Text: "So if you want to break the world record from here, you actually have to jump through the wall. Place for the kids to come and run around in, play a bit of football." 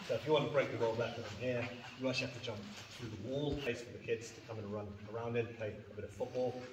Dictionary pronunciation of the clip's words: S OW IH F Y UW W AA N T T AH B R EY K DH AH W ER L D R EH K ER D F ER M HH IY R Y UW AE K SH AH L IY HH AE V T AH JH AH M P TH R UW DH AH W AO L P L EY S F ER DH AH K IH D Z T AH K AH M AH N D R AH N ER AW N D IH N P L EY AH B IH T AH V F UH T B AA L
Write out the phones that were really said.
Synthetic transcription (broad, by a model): S OW IH F Y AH W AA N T T AH B R EY K DH AH W ER L D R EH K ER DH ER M HH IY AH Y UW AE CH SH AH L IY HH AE F T AH JH AH M P TH R UW DH AH W AO L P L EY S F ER DH AH K IH D Z T AH K AH M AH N R AH N ER AW N D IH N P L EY AH B IH T AH V F UH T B AA L